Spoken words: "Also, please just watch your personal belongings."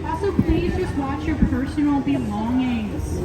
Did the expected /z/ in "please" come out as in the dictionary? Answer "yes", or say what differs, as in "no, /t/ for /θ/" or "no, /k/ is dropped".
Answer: yes